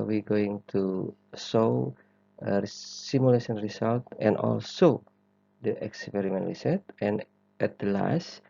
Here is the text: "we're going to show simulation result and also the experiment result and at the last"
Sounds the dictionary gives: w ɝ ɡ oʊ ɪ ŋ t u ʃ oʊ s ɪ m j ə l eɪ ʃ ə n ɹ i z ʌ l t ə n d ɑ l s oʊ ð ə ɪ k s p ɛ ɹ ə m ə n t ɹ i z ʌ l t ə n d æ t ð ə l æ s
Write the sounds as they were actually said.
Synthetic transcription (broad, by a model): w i ɡ oʊ ɪ ŋ t u s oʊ s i m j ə l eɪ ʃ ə n ɹ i s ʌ l t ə n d ɑ l s oʊ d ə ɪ k s p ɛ ɹ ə m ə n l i s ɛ t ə n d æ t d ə l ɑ s